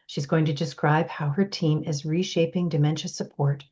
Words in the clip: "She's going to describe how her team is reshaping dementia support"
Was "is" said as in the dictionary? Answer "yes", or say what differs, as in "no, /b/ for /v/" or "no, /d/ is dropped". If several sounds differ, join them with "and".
yes